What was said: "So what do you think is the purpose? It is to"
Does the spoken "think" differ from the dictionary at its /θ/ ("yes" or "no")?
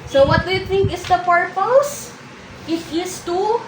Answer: yes